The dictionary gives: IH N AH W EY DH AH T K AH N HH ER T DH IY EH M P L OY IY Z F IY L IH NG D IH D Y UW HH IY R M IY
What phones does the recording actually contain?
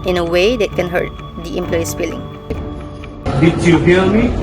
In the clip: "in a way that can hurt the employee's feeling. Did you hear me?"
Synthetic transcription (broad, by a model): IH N AH W EY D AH T K AH N HH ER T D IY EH M P L OY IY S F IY L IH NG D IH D Y UW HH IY L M IY